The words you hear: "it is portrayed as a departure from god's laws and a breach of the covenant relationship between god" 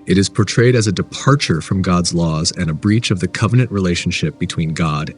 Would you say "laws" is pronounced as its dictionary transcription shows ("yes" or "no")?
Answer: yes